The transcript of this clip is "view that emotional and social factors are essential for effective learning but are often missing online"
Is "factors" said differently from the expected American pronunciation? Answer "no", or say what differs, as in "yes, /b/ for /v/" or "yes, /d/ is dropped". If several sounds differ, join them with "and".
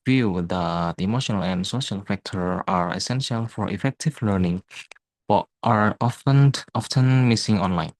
yes, /z/ is dropped